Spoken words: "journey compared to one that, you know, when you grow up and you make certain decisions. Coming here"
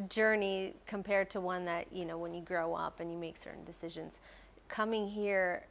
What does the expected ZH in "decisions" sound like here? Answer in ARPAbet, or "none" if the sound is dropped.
ZH